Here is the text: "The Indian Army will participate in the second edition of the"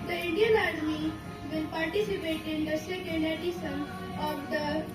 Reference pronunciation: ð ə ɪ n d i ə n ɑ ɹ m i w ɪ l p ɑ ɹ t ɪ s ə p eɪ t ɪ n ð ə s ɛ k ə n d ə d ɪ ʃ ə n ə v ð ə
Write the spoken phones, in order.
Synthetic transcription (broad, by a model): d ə ɪ n d i ə n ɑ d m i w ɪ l p ɑ ɹ t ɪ s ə p eɪ t ɪ n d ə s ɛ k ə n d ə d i s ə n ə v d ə